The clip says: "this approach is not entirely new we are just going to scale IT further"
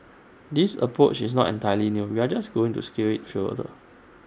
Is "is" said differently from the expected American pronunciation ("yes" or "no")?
yes